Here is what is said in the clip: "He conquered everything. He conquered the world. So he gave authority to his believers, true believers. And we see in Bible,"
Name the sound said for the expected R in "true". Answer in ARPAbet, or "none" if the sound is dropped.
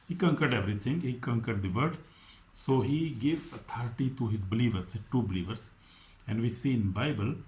none